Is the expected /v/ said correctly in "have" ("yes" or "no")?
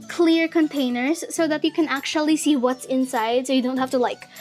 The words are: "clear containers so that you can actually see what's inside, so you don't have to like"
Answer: no